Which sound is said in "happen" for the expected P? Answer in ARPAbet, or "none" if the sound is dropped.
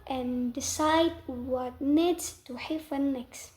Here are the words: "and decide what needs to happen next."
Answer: F